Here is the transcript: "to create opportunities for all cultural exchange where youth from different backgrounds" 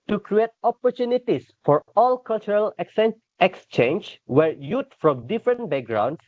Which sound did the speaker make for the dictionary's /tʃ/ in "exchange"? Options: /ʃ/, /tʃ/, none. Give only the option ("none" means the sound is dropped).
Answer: /tʃ/